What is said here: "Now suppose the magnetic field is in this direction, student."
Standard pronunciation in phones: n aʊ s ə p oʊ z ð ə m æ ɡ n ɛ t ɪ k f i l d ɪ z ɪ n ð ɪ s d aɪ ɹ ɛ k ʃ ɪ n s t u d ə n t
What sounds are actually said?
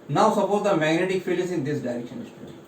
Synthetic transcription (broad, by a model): n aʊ s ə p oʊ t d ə m æ ɡ n ɛ t ɪ k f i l ɪ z ɪ n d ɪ s d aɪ ɹ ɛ k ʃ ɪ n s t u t